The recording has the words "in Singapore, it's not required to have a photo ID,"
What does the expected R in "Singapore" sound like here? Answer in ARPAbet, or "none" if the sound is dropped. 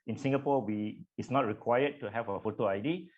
W